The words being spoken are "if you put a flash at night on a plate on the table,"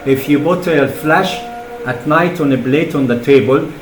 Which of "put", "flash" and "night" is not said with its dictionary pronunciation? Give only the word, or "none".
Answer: put